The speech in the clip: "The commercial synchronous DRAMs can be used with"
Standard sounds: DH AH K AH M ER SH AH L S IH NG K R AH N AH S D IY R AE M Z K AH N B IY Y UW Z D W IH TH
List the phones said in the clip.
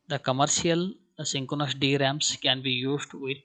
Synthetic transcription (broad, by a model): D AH K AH M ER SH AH L S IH NG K AH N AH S D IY R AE M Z K AH N B IY Y UW Z D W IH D